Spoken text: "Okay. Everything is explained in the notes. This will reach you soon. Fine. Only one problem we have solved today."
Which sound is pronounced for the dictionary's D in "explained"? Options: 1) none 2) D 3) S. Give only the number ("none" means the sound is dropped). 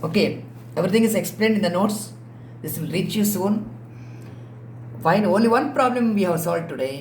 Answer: 2